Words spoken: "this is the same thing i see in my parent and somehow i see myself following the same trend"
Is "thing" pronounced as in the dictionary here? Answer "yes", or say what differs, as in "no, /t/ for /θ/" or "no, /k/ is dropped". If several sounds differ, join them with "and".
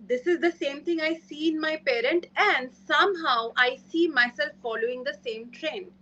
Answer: no, /t/ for /θ/